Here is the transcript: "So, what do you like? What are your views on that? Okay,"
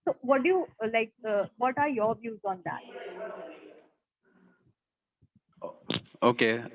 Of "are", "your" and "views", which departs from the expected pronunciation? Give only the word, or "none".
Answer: none